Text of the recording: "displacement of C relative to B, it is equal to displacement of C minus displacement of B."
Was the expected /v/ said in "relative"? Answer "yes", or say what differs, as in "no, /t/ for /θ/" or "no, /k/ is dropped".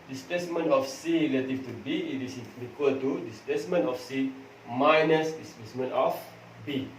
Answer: no, /f/ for /v/